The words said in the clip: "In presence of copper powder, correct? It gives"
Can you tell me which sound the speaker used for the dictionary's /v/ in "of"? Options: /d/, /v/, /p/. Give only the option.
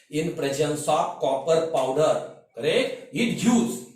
/p/